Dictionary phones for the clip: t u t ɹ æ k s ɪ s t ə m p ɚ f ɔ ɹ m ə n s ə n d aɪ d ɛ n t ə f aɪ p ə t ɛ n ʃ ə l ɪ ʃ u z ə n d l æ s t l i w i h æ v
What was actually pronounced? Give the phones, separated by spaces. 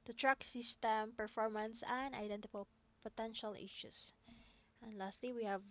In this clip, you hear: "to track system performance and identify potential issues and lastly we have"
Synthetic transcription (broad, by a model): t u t ɹ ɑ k s ɪ s t ə m p ɚ f ɔ ɹ m ə n s ə n d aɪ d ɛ n t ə p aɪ p ə t ɛ n ʃ ə l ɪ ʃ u s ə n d l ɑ s t l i w i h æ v